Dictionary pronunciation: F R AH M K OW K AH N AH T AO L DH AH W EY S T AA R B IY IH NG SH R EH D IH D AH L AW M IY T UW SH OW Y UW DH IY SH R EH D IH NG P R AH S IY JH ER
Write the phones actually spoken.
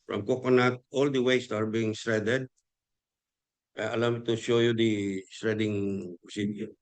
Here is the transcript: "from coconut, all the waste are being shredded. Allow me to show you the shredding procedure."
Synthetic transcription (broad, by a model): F R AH M K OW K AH N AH T AO L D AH W EY S T AA R B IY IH NG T R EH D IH D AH L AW M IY T UW SH OW Y UW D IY S R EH D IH NG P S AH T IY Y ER